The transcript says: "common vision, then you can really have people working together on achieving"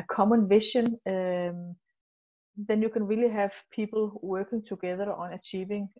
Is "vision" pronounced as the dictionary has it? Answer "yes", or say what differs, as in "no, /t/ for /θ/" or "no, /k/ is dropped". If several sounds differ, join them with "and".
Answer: no, /ʃ/ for /ʒ/